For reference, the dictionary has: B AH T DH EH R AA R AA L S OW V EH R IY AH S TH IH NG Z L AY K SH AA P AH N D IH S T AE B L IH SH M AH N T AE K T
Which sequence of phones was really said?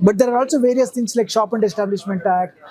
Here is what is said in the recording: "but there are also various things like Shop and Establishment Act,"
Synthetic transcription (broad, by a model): B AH T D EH R AA R AA L S OW V EH R IY AH S T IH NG S L AY K SH AA P AH N D IH S T AE B L IH SH M AH N T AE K